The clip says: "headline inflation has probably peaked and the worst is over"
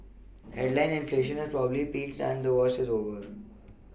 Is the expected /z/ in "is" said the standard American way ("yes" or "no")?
yes